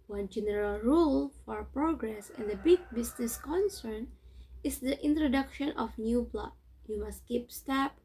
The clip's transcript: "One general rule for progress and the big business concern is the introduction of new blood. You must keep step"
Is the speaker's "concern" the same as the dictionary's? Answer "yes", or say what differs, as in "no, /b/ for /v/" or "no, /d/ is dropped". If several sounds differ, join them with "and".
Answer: yes